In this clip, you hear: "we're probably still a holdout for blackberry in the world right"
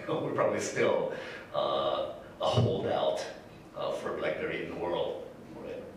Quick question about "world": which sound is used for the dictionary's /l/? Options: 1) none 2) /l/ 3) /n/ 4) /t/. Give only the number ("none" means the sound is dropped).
2